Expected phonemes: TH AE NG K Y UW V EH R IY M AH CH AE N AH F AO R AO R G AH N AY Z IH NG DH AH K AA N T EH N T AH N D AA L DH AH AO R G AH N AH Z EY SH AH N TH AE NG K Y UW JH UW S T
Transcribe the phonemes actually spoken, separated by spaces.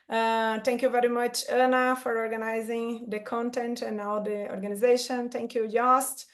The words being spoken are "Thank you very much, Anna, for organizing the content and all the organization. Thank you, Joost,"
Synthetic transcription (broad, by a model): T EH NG K Y UW V EH R IY M AH CH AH N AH F AO R AO R G AH N AY Z IH NG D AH K AA N T EH N T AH N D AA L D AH AO R G AH N AH Z EY SH AH N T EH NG K Y UW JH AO S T